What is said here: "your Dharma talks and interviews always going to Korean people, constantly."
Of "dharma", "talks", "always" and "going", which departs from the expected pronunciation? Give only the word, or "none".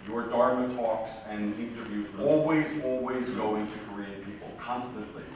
none